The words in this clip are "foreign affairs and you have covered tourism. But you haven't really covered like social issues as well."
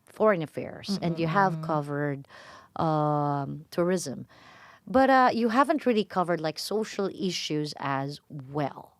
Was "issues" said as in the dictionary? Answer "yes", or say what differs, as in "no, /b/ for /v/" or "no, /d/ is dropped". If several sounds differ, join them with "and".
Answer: yes